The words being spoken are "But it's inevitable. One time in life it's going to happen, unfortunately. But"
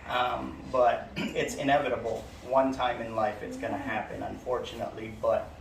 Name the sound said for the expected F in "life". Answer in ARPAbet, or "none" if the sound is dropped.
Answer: F